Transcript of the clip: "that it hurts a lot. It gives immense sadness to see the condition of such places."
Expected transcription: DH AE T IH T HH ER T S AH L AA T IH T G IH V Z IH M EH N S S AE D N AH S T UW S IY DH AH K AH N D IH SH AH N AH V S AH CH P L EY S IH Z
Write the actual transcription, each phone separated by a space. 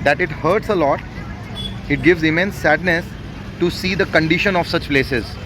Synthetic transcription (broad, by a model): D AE T IH T HH ER T S AH L AA T IH T G IH V Z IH M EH N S S AE D N AH S T UW S IY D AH K AH N D IH SH AH N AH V S AH CH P L EY S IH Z